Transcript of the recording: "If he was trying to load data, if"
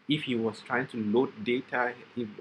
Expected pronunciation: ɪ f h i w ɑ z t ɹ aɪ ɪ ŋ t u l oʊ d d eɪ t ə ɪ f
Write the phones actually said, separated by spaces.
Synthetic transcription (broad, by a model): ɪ f h i w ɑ s t ɹ aɪ ɪ ŋ t u l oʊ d d eɪ t ə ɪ